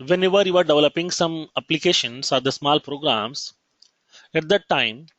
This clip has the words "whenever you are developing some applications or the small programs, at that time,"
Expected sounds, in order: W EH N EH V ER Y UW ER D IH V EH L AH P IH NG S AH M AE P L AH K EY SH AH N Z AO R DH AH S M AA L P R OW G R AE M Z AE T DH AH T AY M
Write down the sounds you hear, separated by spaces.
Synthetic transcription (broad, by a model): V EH N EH V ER Y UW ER D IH V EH L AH P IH NG S AH M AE P L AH K EY SH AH N S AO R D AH S M AA L P R OW G R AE M S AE T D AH T AY M